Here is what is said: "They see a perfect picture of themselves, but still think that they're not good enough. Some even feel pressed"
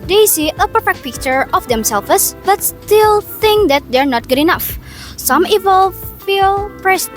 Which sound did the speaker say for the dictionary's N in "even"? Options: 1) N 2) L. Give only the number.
2